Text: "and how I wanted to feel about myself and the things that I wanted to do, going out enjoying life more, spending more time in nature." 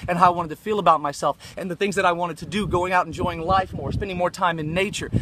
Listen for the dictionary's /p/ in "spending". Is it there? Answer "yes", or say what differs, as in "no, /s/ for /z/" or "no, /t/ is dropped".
yes